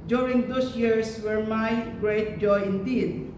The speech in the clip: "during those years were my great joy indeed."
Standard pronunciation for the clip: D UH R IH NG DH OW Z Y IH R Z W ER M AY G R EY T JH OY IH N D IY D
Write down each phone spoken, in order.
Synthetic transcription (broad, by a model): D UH R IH NG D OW S Y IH R S W ER M AY G R EY T JH OY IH N D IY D